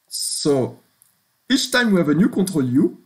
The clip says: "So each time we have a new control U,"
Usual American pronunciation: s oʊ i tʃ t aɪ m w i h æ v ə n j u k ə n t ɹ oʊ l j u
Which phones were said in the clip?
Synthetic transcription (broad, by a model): s oʊ i tʃ t aɪ m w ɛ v ə n j u k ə t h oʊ l j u